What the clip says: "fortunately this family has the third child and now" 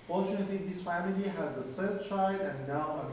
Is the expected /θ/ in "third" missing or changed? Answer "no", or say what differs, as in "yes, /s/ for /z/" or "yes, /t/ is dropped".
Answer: yes, /s/ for /θ/